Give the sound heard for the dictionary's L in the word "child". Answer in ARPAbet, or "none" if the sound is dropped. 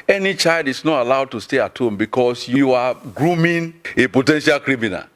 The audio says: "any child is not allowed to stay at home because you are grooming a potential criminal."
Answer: L